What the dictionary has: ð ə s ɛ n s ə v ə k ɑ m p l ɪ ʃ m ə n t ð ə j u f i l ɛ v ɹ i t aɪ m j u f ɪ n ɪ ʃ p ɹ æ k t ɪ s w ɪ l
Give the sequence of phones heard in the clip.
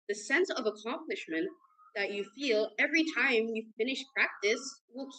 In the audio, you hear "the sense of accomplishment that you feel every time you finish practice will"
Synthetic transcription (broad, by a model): ð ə s ɛ n s ə v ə k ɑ m p l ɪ ʃ m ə n ð ə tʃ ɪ f i l ɛ v ɹ i t aɪ m j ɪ f ɪ n ɪ ʃ p ɹ æ k t ɪ s w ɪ l